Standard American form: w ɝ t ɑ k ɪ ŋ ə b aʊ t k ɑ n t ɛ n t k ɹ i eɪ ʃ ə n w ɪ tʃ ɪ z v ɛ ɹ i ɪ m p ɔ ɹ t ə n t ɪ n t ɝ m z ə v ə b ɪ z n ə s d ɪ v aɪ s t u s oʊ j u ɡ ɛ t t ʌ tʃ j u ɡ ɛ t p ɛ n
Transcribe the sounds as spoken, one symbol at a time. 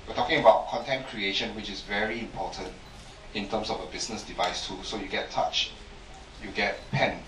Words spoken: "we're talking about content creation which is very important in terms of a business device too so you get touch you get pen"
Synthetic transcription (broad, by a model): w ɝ t ɑ k ɪ ŋ ə b aʊ t k ɑ n t ɛ n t k ɹ i eɪ ʃ ə n w ɪ tʃ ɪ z v ɛ ɹ i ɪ m p ɔ t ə n t ɪ n t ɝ m s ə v ə b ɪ s n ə s d ɪ v aɪ s t u s oʊ j u ɡ ɛ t t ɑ tʃ j u ɡ ɛ t p ɛ n